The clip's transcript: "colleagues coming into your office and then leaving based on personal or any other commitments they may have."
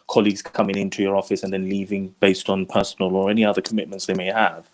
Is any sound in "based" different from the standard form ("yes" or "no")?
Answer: no